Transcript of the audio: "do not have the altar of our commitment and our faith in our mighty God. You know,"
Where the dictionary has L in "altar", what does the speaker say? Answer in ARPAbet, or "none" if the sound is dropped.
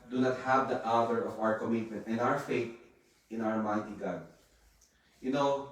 none